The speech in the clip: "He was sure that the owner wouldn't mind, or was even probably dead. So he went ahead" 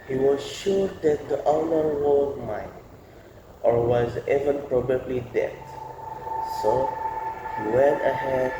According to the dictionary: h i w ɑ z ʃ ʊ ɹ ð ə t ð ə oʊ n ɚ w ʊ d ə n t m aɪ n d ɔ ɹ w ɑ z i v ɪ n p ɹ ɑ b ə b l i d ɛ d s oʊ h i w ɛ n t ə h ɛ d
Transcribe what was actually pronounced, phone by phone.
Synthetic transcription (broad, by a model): h i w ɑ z ʃ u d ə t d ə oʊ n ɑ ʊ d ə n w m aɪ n ɔ ɹ w ɑ z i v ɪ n p ɹ ɑ b ə b l i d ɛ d s oʊ h i w ɛ n t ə h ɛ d